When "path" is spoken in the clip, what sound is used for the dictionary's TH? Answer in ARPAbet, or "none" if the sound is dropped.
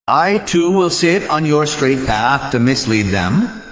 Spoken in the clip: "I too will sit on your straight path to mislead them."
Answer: TH